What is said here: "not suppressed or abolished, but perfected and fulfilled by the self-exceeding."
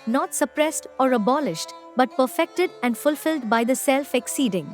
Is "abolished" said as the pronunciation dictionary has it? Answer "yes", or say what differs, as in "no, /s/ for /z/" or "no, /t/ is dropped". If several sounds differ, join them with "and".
yes